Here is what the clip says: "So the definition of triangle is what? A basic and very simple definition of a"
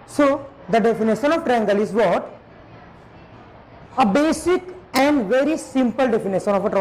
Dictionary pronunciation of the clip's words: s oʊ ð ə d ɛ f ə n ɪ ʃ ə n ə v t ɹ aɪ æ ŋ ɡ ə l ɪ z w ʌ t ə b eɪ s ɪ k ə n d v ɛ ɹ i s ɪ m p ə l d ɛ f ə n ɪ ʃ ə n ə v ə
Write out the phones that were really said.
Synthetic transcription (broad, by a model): s oʊ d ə d ɛ f ə n ɪ ʃ ə n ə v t ɹ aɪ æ ŋ ɡ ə l ɪ z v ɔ t ə b eɪ s ɪ k ə n d v ɛ ɹ i s ɪ m p ə l d ɛ f ə n ɪ ʃ ə n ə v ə